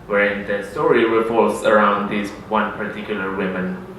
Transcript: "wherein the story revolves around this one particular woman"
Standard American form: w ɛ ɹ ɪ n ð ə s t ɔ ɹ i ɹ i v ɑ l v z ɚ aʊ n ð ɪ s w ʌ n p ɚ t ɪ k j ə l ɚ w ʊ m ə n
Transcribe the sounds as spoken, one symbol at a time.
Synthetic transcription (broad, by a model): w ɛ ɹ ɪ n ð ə s t ɔ ɹ i w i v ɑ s ɚ aʊ n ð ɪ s w ʌ n p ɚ t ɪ k j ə l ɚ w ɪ m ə n